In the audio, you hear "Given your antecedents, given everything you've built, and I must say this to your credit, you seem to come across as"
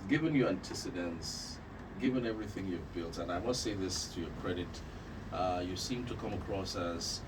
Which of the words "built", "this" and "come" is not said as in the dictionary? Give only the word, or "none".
none